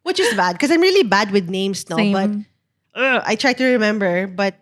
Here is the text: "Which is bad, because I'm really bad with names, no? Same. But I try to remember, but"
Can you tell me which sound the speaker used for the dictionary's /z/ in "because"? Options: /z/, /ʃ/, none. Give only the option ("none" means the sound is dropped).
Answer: none